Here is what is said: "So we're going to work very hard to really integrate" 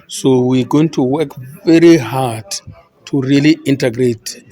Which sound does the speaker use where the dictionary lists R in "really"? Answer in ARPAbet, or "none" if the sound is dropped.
R